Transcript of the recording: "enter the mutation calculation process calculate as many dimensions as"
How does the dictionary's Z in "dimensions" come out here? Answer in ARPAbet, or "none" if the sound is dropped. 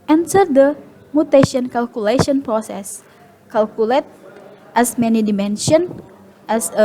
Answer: none